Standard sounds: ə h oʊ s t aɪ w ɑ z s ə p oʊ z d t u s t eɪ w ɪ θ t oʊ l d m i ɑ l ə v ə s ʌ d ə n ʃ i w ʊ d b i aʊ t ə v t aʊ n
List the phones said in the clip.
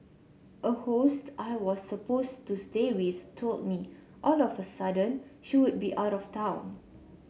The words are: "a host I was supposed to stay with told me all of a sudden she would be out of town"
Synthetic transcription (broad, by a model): ə h oʊ s t aɪ w ɑ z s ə p oʊ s t u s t eɪ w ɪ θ t oʊ l d m i ɑ l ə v ə s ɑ d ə n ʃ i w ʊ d b i aʊ t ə f t aʊ n